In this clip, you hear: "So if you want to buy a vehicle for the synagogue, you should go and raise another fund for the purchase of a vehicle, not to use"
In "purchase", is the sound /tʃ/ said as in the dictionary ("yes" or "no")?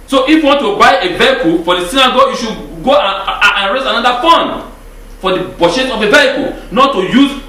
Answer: no